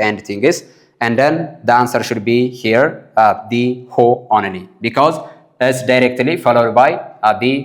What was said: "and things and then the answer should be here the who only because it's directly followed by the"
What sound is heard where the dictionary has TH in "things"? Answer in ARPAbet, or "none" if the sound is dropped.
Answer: T